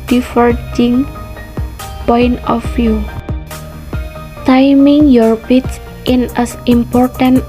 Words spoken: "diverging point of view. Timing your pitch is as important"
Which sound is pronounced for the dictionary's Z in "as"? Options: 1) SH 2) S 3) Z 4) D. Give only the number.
2